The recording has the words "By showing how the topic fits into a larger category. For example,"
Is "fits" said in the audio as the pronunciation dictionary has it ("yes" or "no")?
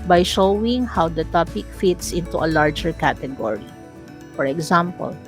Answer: yes